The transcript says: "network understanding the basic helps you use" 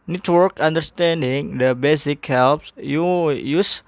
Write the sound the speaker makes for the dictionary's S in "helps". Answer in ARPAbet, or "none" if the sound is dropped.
S